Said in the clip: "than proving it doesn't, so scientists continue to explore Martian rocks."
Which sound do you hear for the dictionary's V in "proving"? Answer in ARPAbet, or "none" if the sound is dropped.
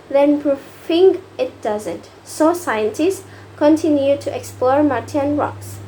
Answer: F